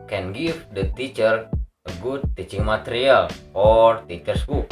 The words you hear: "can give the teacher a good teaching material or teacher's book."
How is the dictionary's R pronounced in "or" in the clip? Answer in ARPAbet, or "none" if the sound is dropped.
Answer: R